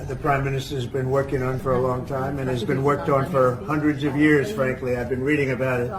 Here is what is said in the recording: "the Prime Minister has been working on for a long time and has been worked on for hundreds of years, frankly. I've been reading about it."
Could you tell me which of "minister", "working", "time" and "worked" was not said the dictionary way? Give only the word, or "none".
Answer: none